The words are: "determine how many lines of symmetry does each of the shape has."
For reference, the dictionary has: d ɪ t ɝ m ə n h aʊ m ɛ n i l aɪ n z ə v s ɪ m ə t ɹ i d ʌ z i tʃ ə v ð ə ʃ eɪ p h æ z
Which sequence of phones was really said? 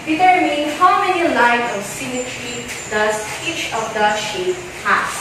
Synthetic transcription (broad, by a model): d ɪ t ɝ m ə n h aʊ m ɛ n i l aɪ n ə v s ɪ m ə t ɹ i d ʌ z i tʃ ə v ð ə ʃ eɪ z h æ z